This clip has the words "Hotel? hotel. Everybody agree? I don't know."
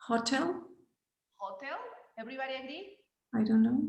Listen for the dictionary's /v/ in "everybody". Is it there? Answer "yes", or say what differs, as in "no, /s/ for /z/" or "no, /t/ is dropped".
no, /b/ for /v/